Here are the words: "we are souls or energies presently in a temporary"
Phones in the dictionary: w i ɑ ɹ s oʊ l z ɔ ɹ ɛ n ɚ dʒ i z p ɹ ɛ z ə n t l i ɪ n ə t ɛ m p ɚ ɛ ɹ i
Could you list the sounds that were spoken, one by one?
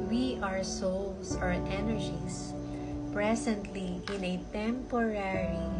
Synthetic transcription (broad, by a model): w i ɑ ɹ s oʊ l s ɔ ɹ ɛ n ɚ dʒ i s p ɹ ɛ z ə n t l i ɪ n ə t ɛ m p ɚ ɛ ɹ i